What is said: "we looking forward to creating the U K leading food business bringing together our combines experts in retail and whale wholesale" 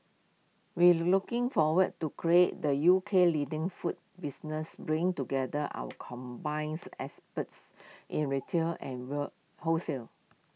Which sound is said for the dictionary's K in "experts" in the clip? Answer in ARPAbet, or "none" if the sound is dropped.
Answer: none